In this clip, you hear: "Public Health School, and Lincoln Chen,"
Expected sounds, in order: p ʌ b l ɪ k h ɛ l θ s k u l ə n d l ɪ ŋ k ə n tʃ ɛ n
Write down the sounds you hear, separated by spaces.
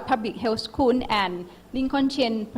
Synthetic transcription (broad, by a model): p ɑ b l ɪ k h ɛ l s k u n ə n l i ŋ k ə n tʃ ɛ n